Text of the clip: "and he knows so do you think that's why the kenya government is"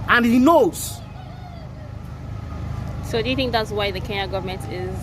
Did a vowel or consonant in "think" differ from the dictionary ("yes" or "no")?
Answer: no